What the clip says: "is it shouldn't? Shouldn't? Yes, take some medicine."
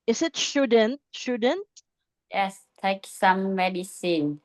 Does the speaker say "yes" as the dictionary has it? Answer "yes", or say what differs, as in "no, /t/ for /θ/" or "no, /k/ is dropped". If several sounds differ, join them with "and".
yes